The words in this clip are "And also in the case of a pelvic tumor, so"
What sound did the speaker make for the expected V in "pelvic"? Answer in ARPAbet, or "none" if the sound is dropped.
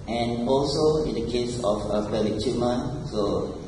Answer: none